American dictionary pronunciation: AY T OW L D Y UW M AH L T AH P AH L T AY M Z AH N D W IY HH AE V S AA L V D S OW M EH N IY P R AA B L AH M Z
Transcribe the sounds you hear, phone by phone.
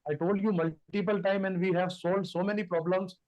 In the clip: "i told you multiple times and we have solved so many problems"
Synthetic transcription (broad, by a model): AY T OW L D Y UW M AH L T AH P AH L T AY M AH N D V IY HH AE V S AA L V D S OW M EH N IY P R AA B L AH M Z